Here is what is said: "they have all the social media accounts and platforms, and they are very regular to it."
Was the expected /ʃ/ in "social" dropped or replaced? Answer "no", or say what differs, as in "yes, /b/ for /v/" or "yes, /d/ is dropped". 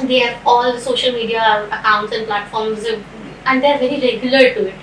no